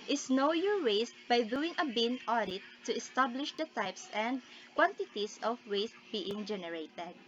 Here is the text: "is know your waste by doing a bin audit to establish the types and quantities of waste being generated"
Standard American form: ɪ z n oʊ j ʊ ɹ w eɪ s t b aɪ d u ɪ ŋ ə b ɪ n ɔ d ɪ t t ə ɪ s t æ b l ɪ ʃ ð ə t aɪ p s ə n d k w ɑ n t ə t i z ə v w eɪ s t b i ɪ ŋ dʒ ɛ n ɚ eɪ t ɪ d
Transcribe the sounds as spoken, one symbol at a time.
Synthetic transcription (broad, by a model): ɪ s n oʊ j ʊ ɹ w eɪ s t b aɪ d u ɪ ŋ ə b ɪ n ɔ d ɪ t t ə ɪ s t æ b l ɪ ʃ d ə t aɪ p s ə n d k w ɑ n t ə t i s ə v w eɪ s t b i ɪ ŋ dʒ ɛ n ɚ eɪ t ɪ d